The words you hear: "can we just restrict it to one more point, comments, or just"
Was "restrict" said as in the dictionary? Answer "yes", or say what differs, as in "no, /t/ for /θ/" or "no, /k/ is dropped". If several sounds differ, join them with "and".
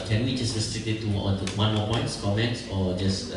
no, /k/ is dropped